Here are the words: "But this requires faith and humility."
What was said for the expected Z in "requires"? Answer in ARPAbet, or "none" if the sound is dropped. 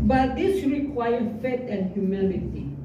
none